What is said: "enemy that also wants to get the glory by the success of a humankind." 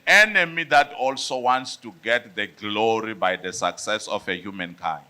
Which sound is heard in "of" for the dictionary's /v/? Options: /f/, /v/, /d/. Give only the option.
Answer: /f/